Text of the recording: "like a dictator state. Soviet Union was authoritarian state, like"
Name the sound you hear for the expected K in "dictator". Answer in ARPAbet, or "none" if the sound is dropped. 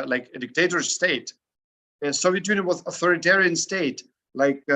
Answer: K